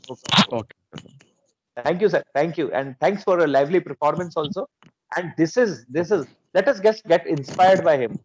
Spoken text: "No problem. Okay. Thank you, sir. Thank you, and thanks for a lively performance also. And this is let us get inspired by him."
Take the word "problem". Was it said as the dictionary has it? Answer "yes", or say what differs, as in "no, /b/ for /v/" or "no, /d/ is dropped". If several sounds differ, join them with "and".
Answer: no, /m/ is dropped